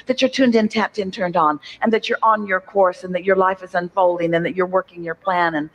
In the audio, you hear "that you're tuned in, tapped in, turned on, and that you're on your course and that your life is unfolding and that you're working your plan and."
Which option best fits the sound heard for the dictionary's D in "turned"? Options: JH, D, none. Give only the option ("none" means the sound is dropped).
D